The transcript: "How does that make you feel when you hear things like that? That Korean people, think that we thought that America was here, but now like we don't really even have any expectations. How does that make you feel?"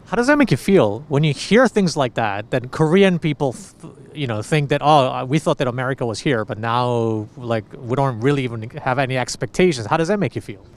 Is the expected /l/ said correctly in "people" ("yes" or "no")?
no